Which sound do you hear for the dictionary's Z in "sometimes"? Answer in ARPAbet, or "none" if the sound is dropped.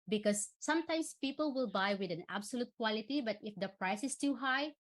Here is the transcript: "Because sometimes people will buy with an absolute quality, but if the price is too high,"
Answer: S